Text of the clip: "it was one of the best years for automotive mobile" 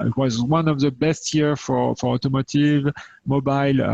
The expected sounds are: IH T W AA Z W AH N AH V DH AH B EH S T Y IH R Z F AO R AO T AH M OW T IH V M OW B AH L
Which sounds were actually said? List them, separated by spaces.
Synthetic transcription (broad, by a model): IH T W AA Z W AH N AH V DH AH B EH S T Y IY R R F AO R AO T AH M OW T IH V M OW B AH L